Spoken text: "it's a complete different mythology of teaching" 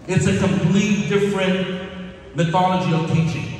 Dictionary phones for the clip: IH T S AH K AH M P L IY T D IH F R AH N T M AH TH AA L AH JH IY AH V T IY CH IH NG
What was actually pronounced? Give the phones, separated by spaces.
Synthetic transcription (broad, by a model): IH T S AH K AH M P L IY T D IH F R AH N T M AH TH AA L AH JH IY AH V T IY CH IH NG